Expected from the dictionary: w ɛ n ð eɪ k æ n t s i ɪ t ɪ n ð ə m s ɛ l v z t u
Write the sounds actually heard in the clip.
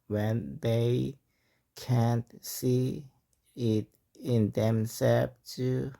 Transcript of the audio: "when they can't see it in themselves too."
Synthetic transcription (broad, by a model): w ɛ n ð eɪ k æ n t s i ɪ t ɪ n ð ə m s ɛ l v t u